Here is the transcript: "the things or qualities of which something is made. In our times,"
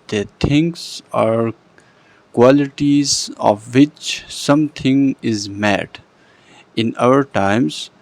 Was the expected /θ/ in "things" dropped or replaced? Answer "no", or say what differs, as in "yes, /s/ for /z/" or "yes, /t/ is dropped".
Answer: yes, /t/ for /θ/